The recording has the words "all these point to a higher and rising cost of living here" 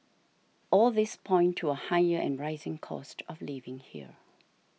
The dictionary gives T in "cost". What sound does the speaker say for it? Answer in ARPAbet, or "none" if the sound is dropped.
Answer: T